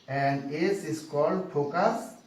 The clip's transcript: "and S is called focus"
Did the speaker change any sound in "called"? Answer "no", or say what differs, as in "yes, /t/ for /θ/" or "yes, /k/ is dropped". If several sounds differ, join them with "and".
no